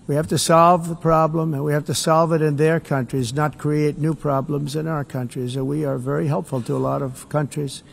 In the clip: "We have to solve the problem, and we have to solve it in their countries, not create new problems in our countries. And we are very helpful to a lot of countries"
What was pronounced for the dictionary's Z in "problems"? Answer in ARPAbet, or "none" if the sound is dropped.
Z